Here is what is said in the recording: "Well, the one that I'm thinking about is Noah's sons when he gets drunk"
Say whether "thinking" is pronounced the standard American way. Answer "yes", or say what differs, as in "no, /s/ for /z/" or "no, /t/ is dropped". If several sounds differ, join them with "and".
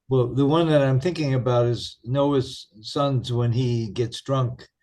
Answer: yes